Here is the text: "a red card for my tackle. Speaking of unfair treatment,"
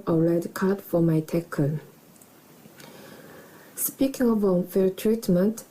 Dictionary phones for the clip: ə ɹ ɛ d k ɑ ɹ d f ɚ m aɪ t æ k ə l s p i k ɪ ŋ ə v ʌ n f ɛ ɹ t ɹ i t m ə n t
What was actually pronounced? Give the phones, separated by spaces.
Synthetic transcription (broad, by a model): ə ɹ ɛ d k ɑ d f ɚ m aɪ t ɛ k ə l s p i k ɪ ŋ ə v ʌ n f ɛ l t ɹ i t m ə n t